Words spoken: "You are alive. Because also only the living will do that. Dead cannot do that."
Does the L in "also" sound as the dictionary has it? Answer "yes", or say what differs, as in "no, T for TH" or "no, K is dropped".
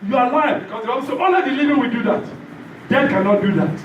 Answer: no, L is dropped